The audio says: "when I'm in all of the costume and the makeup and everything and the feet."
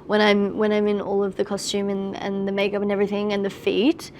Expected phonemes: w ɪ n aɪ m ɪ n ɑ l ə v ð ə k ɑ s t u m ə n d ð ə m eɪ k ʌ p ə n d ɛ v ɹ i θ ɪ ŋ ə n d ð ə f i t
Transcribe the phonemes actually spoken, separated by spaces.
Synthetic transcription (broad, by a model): w ɪ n aɪ m ɪ n ɑ l ə v ð ə k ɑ s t u m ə n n ð ə m eɪ k ʌ p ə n ɛ v ɹ i θ ɪ ŋ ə n ð ə f i t